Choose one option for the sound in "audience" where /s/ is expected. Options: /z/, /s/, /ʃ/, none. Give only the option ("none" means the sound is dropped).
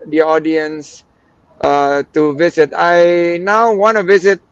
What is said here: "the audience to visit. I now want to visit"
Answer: /s/